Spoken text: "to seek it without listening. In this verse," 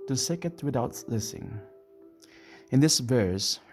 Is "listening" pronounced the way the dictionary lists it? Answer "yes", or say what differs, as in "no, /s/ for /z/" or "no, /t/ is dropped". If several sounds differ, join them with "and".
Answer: no, /n/ is dropped